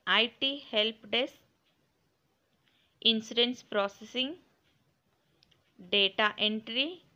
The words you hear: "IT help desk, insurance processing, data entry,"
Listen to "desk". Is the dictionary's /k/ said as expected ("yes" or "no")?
no